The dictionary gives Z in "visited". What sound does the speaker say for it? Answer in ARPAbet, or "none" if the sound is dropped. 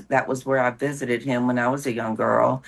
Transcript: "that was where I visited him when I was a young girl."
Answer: Z